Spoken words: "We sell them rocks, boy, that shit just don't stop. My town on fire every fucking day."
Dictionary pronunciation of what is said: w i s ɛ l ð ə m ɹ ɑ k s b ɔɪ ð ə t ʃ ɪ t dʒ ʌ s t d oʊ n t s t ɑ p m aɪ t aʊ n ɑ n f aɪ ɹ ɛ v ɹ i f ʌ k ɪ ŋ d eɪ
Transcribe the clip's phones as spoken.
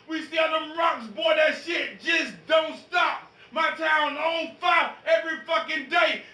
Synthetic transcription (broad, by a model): w i s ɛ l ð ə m ɹ ɑ k s b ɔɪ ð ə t ʃ ɪ t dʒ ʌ s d oʊ n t s t ɑ p m aɪ t aʊ n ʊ l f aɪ ɛ v ɹ i f ʌ k ɪ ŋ d eɪ